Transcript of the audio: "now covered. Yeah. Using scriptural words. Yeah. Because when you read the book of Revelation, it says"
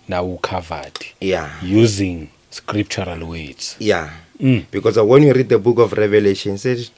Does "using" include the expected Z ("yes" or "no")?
yes